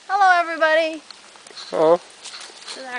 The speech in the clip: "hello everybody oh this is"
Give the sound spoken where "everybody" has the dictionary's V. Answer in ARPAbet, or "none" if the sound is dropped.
V